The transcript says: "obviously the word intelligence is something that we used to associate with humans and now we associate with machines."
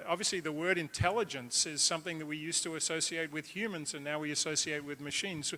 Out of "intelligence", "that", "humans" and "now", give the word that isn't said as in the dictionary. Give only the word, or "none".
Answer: none